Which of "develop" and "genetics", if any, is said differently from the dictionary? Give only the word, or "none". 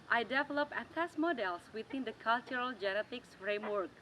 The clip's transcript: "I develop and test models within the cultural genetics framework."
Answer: none